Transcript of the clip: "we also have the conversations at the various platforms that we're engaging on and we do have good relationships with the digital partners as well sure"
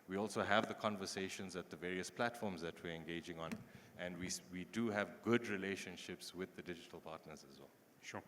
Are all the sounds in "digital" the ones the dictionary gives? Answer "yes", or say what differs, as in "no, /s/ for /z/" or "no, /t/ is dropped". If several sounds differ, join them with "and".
yes